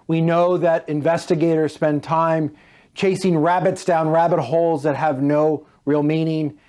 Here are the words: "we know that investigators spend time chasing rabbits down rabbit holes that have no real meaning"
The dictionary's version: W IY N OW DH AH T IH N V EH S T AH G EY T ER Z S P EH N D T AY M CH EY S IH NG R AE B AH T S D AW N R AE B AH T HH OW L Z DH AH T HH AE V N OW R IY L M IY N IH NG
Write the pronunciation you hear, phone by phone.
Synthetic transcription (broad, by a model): W IY N OW DH AH T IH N V EH S T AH G EY T ER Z S P EH N T AY M CH EY S IH NG R AE B AH T S D AW N R AE B AH T HH OW L Z DH AH T HH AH V N OW R IY L M IY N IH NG